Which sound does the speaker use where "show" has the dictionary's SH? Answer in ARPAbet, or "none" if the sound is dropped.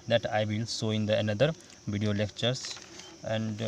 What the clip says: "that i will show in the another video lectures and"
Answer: S